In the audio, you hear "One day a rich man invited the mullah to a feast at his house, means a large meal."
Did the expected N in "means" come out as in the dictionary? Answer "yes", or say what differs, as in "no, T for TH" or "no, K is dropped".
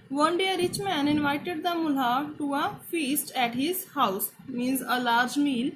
yes